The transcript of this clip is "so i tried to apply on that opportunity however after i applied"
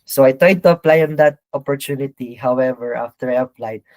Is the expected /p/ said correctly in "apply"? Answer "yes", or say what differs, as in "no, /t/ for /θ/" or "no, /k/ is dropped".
yes